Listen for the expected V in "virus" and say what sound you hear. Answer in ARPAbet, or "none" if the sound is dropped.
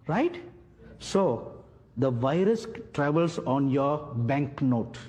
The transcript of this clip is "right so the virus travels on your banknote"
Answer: V